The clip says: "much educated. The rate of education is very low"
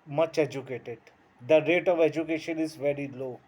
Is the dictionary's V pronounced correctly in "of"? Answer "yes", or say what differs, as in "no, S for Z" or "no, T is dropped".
yes